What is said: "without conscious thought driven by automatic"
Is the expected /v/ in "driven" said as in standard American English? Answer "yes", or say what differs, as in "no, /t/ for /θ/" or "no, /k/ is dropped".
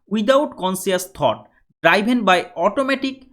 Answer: no, /b/ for /v/